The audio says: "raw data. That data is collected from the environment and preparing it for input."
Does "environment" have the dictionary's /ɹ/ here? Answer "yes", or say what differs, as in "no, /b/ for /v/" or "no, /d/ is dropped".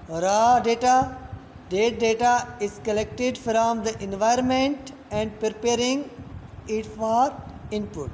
yes